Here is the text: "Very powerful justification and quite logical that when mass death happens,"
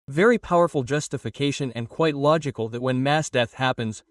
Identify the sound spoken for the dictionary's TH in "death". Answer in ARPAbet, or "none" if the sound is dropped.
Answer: TH